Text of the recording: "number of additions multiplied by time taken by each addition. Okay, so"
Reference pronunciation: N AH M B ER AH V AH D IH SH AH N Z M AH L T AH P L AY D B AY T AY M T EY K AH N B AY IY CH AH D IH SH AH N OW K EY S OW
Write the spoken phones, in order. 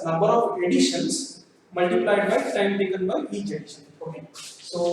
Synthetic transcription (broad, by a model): N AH M B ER AH V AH D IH SH AH N S M AH L T AH P L AY D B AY T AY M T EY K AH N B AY IY CH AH D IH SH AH N OW K EY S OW